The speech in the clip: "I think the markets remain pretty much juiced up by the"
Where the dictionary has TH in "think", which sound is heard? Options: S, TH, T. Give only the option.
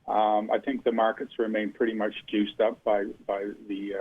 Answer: TH